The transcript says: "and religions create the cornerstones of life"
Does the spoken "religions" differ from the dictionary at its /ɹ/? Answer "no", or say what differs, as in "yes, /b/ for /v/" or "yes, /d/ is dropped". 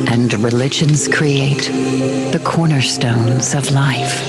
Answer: no